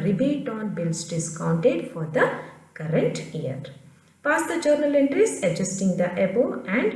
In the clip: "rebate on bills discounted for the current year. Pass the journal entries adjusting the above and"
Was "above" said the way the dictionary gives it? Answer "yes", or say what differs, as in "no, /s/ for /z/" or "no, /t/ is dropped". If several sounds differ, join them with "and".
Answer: no, /v/ is dropped